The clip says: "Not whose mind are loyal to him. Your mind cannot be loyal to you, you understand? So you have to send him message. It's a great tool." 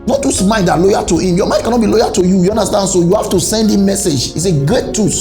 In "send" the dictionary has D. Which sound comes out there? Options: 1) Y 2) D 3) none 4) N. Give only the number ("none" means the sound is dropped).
2